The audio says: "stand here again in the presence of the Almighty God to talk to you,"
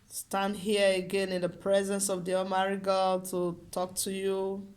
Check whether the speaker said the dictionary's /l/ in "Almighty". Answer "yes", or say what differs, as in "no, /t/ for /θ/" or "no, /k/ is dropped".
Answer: no, /l/ is dropped